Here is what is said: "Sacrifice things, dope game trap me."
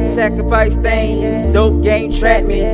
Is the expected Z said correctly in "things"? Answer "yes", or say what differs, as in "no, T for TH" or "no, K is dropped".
no, Z is dropped